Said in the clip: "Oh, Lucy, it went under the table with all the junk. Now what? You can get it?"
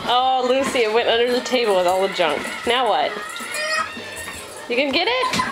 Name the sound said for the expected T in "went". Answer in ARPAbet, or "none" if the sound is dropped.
T